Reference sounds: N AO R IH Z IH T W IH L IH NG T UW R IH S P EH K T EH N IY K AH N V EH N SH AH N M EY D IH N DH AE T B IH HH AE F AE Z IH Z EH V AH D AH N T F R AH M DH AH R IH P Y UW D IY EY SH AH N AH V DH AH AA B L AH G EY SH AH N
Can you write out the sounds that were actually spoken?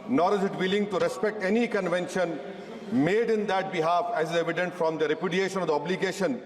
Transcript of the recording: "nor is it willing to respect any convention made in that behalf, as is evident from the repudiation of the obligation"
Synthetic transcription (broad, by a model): N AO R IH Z IH T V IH L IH NG T UW R IH S P EH K T EH N IY K AH N V EH N SH AH N M EY D IH N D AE T B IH HH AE F AE Z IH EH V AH D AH N T F R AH M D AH R IH P Y UW D IY EY SH AH N AH V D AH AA B L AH G EY SH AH N